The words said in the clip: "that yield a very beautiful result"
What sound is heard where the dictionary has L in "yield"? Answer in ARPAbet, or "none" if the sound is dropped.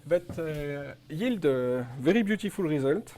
L